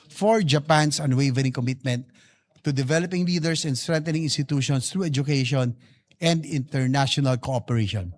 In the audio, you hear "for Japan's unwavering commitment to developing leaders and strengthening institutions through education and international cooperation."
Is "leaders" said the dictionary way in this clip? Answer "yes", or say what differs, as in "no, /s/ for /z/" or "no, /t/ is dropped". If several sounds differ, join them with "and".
no, /s/ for /z/